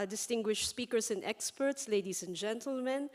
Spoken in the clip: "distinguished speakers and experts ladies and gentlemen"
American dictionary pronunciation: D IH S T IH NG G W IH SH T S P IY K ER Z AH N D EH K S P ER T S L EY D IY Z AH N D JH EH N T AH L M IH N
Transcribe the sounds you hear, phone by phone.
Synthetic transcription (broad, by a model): D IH S T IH NG G W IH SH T S P IY K ER S AH N D EH K S P ER T S L EY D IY S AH N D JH EH N T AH L M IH N